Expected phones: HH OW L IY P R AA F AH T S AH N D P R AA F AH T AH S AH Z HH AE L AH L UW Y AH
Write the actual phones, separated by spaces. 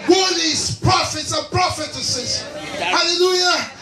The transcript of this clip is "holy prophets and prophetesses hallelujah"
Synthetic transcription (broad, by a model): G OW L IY P R AA F AH T S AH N P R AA F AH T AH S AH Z HH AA L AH L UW Y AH